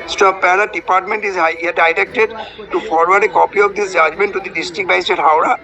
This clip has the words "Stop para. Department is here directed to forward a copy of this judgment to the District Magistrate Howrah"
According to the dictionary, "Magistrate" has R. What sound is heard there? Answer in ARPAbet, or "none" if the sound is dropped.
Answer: none